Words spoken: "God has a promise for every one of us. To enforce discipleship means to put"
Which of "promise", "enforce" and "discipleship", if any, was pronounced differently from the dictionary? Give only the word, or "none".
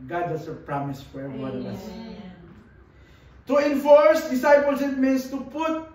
discipleship